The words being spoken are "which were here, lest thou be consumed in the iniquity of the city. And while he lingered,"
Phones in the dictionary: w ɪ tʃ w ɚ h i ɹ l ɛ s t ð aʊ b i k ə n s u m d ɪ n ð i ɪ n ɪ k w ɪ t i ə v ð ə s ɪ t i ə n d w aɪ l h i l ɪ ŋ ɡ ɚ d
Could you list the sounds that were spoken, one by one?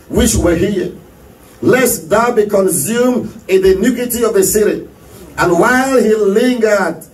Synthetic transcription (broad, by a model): w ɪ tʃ w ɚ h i l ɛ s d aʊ b i k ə n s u m ɪ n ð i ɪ n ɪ k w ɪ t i ə v ð ə s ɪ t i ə n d w aɪ l h i l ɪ ŋ ɡ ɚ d